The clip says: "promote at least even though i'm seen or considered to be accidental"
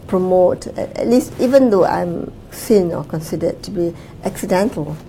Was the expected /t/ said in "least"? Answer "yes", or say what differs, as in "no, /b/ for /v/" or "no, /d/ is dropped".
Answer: yes